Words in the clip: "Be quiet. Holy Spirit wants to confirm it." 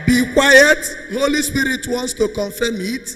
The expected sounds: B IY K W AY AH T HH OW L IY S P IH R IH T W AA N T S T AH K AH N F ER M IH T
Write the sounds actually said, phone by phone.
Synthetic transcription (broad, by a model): B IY K W AY AH T HH OW L IY S P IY R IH T W AA N T S T AH K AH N F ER M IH T